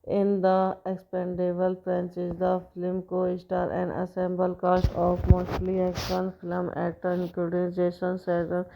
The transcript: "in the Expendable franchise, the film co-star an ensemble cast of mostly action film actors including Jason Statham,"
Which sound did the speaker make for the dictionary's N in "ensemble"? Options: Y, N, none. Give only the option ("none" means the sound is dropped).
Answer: none